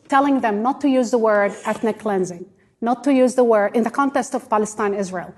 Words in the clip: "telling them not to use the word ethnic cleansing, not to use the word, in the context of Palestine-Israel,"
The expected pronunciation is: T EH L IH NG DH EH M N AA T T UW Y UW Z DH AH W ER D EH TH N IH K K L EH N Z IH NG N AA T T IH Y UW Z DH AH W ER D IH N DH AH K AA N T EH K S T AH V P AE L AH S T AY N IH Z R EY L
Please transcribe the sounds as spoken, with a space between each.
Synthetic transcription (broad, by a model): T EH L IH NG DH EH M N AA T T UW Y UW Z DH AH W ER D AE T N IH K K L EH N Z IH NG N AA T T IH Y UW Z DH AH W ER D IH N DH AH K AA N T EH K S T AH V P AE L AH S T AY N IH Z R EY L